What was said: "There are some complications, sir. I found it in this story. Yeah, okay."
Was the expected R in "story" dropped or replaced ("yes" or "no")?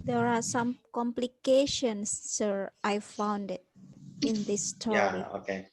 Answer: yes